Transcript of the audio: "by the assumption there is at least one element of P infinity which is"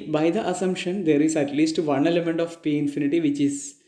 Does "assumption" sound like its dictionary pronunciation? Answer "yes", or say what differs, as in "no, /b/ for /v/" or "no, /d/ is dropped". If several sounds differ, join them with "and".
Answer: yes